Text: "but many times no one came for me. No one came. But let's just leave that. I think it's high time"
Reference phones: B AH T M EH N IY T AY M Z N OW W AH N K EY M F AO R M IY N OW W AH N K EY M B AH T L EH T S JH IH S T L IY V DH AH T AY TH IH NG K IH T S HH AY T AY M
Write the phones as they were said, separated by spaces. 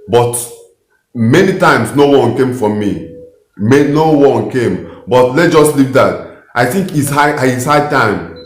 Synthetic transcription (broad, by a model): B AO T M EH N IY T AY M S N OW W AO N K EY M F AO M M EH N OW W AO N K EY M B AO T L EH T JH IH S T L IY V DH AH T AY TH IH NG K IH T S HH AY T AY M